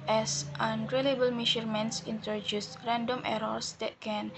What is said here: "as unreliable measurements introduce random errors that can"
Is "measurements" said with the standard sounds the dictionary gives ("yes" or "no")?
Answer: no